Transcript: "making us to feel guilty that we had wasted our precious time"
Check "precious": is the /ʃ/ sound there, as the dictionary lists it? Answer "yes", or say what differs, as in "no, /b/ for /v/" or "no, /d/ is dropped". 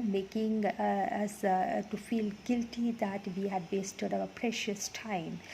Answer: yes